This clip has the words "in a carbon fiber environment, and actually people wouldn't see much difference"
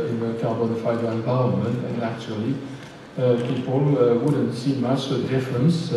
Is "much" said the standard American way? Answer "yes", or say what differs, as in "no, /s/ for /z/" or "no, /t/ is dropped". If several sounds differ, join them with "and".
no, /s/ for /tʃ/